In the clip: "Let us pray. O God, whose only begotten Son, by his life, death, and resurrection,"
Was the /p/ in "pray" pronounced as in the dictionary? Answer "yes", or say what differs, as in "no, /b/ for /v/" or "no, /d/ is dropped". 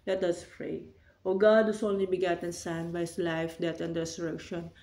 no, /f/ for /p/